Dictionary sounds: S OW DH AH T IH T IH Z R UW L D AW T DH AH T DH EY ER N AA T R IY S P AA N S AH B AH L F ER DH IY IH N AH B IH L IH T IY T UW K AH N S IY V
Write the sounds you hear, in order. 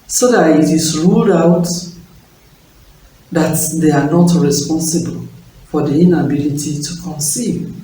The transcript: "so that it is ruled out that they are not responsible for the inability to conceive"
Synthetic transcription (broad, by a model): S OW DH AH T IH T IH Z R UW L D AW T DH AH T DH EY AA N AA T R IY S P AA N S AH B AH L F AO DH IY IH N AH B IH L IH T IY T UW K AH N S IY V